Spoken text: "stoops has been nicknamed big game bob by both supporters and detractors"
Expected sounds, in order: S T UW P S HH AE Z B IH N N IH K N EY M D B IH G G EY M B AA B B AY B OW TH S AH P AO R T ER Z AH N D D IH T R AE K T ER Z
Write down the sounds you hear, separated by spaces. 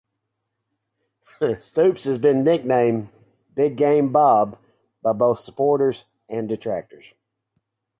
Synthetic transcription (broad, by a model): S T UW P S HH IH Z B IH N N IH K N EY M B IH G G EY M B AA B B AY B OW TH S AH P AO R T ER Z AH N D D IH T R AE K T ER Z